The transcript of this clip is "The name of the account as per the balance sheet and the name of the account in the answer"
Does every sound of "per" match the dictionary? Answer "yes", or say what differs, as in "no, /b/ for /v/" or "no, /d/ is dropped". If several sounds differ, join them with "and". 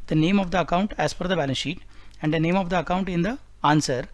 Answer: no, /f/ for /p/